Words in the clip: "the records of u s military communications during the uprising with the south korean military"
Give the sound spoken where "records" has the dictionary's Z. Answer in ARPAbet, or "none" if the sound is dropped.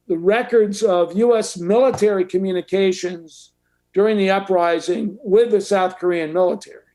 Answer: Z